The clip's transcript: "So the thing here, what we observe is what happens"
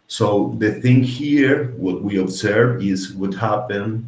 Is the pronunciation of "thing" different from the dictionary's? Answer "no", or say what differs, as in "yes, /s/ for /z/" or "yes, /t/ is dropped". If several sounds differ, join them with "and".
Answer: no